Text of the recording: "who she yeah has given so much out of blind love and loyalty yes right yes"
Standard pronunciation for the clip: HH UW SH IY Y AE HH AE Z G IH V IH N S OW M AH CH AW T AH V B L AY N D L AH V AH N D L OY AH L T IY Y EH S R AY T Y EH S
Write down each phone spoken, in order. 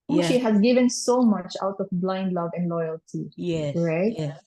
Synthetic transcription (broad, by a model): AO SH IY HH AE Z G IH V IH N S OW M AH CH AW T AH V B L AY N D L AH V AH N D L OY AH L T IY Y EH R AY T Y